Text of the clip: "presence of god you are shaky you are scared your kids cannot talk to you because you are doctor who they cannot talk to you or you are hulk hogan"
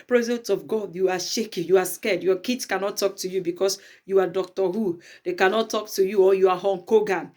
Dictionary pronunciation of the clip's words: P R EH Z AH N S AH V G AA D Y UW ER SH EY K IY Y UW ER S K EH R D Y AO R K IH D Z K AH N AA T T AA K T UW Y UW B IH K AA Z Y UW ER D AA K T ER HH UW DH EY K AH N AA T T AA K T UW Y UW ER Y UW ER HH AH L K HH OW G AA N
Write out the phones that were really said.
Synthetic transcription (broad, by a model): P R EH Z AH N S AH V G AA D Y UW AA SH EY K IY Y UW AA S K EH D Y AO K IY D S K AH N AA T T AA K T UW Y UW B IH K AA S Y UW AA D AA K T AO HH UW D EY K AH N AA T T AA K T UW Y UW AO Y UW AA HH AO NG K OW G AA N